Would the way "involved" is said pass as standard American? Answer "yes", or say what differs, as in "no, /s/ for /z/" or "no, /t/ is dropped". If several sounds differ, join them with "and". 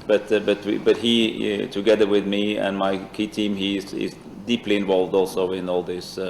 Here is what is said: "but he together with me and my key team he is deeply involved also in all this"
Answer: yes